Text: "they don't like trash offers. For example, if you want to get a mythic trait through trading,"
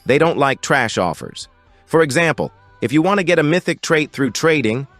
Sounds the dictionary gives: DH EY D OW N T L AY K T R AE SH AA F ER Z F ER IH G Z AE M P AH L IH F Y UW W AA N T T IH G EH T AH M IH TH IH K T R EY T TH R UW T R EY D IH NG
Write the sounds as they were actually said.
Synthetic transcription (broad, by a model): DH EY D OW N T L AY K T R AE SH AA F ER Z F ER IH G Z AE M P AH L IH F Y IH W AA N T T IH G EH T AH M IH TH IH K T R EY T TH R UW T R EY D IH NG